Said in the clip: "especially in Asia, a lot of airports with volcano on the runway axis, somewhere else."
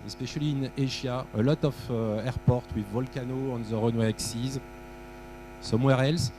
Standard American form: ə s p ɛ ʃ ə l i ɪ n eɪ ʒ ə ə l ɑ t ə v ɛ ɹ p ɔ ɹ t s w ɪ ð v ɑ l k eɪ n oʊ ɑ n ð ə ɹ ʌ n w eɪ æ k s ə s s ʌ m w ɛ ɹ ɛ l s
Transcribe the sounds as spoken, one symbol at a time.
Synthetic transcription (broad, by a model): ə s p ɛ ʃ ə l i ɪ n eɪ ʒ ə ə l ɑ t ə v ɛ ɹ p ɔ ɹ t w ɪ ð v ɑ l k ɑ n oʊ ɑ n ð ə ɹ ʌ n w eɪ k s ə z s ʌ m w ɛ ɹ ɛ l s